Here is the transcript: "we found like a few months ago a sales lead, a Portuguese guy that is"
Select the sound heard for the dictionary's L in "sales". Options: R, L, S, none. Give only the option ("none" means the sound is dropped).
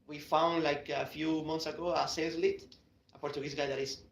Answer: none